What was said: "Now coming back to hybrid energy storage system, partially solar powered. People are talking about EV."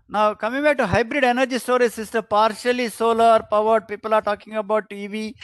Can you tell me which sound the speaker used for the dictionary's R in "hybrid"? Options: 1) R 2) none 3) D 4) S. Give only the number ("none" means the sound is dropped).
1